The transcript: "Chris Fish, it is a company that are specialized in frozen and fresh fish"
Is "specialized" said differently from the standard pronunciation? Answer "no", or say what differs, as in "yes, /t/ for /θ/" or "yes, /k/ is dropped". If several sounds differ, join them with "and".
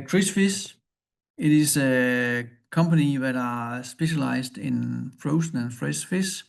yes, /b/ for /p/ and /s/ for /z/